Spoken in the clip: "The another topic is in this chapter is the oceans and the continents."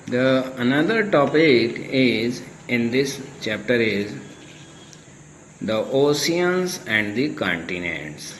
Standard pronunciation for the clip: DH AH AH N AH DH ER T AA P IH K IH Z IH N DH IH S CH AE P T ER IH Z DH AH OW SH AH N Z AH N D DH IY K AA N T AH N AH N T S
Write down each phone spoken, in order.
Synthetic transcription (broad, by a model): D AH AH N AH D ER T AA P IH K IH Z IH N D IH S CH AE P T ER IH Z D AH OW S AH N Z AH N D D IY K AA N T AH N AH N T S